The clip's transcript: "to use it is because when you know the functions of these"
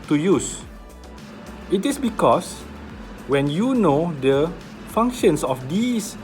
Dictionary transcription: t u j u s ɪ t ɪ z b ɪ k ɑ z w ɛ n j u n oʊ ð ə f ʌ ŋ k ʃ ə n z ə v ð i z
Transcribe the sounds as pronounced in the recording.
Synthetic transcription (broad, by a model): t u j u s ɪ t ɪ s b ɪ k ɑ s w ɛ n j u n oʊ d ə f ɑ ŋ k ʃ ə n s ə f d i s